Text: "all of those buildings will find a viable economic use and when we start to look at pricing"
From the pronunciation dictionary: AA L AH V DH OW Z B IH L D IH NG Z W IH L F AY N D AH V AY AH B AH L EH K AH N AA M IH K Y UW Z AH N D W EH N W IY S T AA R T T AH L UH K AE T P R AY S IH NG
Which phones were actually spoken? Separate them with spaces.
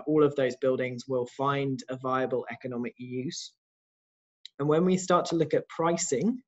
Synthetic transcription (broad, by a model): AA L AH V DH OW Z B IH L D IH NG Z W IH L F AY N D AH V AY AH B AH L EH K AH N AA M IH K Y UW Z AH N W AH N W IY S T AA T T AH L UH K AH T P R AY S IH NG